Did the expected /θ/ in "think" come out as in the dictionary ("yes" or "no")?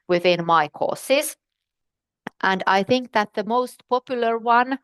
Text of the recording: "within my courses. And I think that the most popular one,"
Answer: yes